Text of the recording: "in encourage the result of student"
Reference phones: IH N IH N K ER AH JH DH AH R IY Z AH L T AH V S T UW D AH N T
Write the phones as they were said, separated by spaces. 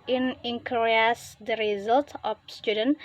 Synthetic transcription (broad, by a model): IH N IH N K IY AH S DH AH R IY Z AH L T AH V S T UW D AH N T